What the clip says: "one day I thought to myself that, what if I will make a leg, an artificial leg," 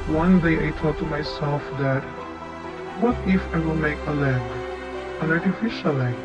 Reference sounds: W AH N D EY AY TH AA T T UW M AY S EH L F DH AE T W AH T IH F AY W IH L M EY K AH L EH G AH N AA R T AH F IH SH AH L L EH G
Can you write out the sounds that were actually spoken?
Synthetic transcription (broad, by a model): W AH N D EY AY T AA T T UW M AY S EH L F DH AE T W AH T IH F AY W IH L M EY K AH L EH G AH N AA R T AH F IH SH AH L L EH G